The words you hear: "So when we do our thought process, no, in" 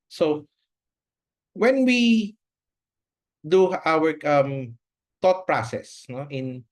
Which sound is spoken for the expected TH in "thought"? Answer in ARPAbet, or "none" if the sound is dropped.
T